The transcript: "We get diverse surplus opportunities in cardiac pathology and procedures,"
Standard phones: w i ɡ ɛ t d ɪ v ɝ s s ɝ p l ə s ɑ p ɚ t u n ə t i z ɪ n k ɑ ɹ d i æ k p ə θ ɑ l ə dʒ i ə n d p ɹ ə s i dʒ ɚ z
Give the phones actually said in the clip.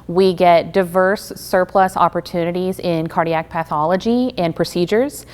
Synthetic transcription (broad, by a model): w i ɡ ɛ t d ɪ v ɝ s s ɝ p l ə s ɑ p ɚ t u n ə t i z ɪ n k ɑ ɹ d i æ k p ə θ ɑ l ə dʒ i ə n p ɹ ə s i dʒ ɚ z